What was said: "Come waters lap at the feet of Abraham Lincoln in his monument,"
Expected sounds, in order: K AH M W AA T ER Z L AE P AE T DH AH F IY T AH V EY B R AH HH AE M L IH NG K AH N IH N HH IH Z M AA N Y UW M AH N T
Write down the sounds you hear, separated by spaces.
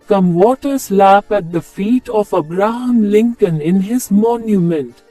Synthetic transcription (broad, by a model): K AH M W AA T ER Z L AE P AE T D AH F IY T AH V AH B R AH HH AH M L IH NG K AH N IH N HH IH Z M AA N Y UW M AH N T